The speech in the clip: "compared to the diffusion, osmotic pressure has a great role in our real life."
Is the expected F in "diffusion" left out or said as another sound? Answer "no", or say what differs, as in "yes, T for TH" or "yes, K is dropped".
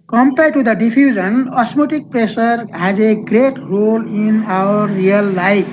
yes, P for F